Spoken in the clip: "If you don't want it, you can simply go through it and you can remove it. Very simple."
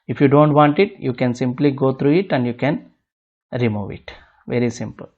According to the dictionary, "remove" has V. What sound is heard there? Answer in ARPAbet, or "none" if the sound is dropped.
V